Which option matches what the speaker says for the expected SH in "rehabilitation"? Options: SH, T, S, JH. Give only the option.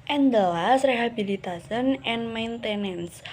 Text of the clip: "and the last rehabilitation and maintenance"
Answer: S